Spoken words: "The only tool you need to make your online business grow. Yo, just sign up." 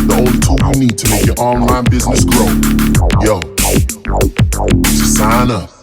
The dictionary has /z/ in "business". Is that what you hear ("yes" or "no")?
yes